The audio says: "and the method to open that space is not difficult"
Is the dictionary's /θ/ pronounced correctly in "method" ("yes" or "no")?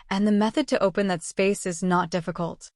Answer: yes